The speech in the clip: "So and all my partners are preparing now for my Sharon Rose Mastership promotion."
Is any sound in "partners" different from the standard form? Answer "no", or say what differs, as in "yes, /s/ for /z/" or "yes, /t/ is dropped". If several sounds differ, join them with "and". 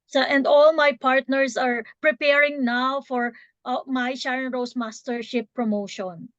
yes, /s/ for /z/